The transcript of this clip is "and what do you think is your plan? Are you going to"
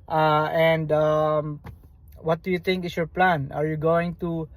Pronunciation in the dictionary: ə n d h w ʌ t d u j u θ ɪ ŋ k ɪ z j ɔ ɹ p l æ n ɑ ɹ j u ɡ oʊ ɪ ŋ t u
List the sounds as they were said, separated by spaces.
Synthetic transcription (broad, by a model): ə n d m w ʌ t d u j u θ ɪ ŋ k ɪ s j ɔ ɹ p l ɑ n ɑ ɹ j u ɡ oʊ ɪ ŋ t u